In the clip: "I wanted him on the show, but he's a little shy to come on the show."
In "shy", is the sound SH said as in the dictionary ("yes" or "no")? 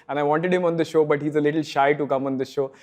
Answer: yes